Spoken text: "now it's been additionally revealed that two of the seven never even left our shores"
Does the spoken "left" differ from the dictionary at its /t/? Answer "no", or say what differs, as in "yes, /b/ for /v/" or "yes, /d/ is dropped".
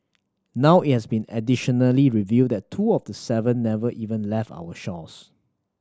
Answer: no